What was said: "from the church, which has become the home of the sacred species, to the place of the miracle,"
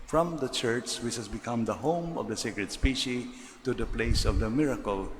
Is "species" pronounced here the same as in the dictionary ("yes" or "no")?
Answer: no